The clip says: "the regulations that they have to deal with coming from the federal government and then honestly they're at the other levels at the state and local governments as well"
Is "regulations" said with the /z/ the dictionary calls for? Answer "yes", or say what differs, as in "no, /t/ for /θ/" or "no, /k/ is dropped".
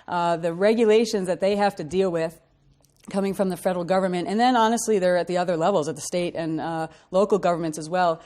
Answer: yes